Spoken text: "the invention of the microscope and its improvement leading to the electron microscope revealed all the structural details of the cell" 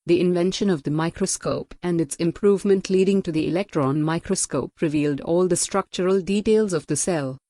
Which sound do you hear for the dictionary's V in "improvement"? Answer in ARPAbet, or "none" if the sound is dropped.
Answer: V